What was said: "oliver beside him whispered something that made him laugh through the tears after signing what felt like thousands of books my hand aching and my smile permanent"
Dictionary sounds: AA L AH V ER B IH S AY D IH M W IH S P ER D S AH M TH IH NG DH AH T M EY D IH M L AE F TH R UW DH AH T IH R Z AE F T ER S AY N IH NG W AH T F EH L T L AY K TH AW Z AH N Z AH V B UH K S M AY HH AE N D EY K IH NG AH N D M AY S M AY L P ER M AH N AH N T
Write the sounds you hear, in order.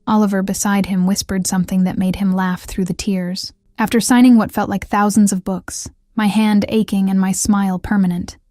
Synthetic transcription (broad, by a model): AA L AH V ER B IH S AY D IH M W IH S P ER D S AH M TH IH NG DH AH T M EY D IH M L AE F TH R UW DH AH T IH R Z AE F T ER S AY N IH NG W AH T F EH L T L AY K TH AW Z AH N Z AH V B UH K S M AY HH AE N D EY K IH NG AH N M AY S M AY L P ER M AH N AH N T